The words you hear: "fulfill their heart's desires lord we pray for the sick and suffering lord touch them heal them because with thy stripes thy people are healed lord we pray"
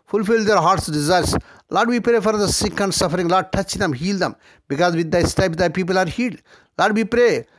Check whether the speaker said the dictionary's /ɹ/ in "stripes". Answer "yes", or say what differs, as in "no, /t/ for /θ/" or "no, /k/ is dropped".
no, /ɹ/ is dropped